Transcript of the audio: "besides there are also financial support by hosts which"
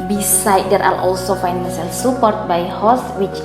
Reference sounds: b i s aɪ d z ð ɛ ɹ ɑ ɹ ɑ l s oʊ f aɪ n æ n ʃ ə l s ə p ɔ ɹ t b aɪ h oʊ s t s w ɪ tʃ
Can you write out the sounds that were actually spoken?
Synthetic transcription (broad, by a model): b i s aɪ d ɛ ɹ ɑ l ɑ l s oʊ f aɪ n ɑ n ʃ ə l s ə p ɔ ɹ t b aɪ h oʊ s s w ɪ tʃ